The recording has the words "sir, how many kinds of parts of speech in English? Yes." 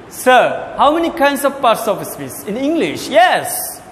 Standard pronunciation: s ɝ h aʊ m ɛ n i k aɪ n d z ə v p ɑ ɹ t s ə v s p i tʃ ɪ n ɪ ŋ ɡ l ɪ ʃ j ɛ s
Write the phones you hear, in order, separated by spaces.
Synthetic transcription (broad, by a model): s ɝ h aʊ m ɛ n i k aɪ n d s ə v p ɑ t s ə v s f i s ɪ n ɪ ŋ ɡ l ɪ ʃ j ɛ s